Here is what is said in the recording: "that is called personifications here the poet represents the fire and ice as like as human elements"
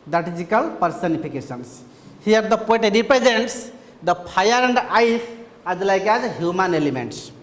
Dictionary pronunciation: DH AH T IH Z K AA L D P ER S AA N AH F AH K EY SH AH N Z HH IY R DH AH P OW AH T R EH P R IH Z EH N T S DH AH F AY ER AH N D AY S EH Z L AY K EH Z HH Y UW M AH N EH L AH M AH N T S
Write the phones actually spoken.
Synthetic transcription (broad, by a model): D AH T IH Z K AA L P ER S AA N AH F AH K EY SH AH N S HH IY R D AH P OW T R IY P R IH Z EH N T S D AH P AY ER AH N D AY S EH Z L AY K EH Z HH Y UW M AH N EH L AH M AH N T S